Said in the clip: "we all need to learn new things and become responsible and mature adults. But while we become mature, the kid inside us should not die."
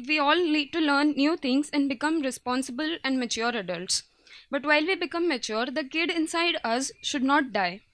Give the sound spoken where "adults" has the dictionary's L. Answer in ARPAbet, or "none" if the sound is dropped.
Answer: L